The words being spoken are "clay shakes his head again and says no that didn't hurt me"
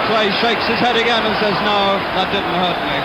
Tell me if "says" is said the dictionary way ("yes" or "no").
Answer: yes